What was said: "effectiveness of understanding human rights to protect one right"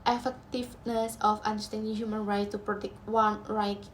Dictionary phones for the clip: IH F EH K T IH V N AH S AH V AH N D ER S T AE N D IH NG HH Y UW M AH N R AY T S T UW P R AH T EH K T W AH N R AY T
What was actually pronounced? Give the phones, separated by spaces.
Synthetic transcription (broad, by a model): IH F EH K T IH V N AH S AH F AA N D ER S T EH N D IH NG HH Y UW M AH N R AY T T UW P R AH T EH K T W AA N R AY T